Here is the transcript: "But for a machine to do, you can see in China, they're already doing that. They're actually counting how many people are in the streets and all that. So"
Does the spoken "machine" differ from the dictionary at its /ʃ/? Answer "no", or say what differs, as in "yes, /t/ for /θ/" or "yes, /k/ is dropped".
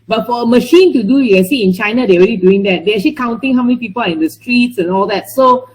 no